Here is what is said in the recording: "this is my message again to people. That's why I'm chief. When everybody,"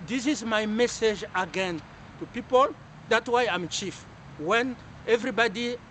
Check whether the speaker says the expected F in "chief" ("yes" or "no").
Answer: yes